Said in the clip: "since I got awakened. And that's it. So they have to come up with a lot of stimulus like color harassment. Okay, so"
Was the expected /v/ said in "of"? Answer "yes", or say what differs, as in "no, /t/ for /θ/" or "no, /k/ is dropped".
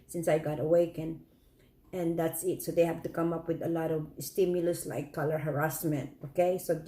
yes